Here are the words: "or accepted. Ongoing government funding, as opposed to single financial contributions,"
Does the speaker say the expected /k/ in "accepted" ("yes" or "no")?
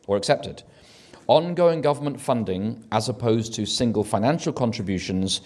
yes